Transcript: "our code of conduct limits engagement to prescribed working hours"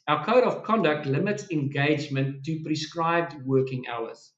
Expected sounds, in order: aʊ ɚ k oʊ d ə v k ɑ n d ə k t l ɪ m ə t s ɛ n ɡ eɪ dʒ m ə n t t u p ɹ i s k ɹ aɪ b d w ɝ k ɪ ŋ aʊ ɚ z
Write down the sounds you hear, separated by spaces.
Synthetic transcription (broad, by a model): aʊ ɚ k oʊ d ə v k ɑ n d ə k t l ɪ m ə t s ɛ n ɡ eɪ dʒ m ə n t t u p ɹ i s k ɹ aɪ b d w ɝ k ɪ ŋ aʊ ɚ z